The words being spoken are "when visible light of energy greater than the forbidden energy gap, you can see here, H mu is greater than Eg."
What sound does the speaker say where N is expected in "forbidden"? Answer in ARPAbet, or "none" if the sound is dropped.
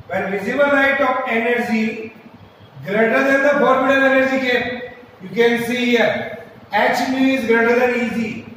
L